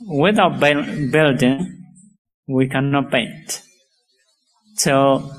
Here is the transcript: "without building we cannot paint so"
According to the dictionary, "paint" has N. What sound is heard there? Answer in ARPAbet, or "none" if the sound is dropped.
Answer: N